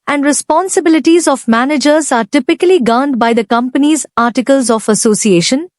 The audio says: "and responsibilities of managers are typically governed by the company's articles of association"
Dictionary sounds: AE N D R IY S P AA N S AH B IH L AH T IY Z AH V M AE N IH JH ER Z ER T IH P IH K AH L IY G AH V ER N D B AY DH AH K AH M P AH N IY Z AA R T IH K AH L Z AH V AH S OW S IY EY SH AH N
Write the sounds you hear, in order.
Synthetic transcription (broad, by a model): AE N D R IY S P AA N S AH B IH L AH T IY Z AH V M AE N IH JH ER Z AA T IH P IH K AH L IY G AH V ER N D B AY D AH K AH M P AH N IY Z AA R T IH K AH L Z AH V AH S OW S IY EY SH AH N